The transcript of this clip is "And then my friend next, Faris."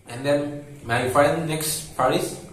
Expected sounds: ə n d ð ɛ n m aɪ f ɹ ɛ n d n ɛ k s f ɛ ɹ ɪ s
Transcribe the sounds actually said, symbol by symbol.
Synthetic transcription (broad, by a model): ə n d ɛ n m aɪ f ɑ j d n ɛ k s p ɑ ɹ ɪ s